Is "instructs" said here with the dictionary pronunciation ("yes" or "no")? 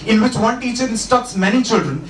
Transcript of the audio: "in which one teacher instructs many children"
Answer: no